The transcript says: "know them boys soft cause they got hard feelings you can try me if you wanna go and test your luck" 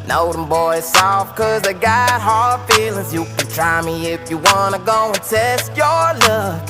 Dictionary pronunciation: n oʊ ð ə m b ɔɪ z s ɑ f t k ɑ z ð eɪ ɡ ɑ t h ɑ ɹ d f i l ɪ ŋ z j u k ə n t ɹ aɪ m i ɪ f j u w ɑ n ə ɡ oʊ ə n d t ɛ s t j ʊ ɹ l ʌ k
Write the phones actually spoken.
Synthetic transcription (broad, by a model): n oʊ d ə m b ɔɪ z s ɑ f k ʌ z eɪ ɡ ɑ t h ɑ ɹ d f i l ɪ ŋ z j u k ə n t ɹ aɪ m i ɪ f j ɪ w ɑ n ə ɡ oʊ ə n t ɛ s t j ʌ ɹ l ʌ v